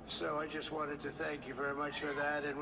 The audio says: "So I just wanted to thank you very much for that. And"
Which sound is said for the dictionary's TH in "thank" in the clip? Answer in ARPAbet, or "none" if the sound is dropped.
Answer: TH